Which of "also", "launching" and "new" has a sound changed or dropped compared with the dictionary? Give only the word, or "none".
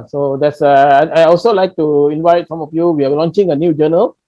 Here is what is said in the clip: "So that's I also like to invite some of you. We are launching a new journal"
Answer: none